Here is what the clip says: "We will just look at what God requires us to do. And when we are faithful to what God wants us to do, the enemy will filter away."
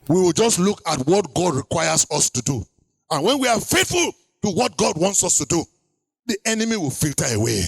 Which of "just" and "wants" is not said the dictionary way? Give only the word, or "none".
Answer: none